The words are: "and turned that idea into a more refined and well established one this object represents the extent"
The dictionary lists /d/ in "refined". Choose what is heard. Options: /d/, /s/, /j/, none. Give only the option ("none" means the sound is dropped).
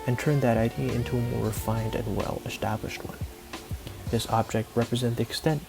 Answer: /d/